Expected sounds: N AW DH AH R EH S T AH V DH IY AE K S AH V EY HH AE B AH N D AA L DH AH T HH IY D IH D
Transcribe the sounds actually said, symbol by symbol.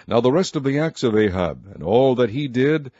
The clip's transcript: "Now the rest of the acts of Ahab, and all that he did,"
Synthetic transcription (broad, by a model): N AW DH AH R EH S T AH V DH IY AE K S AH V EY HH AE B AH N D AA L DH AH T HH IY D IH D